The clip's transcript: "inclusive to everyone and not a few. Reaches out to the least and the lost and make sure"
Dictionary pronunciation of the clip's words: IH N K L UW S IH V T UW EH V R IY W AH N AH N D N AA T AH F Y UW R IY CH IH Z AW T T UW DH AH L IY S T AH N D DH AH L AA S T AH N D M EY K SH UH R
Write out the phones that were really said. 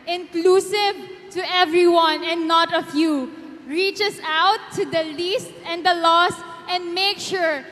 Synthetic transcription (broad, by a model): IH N K L UW S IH V T UW EH V R IY W AH N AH N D N AA T AH F Y UW R IY CH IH S AW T T UW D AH L IY S T AH N D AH L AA S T AH N D M EY K SH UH R